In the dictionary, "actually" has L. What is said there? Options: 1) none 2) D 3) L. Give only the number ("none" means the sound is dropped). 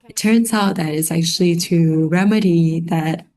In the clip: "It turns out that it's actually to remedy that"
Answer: 3